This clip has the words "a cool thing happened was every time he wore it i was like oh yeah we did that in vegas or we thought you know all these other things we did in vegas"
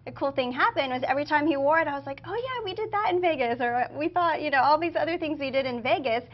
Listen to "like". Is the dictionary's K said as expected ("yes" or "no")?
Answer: yes